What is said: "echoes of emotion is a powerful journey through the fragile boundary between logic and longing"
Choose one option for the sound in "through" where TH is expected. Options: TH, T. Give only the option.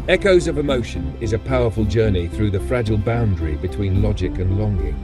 TH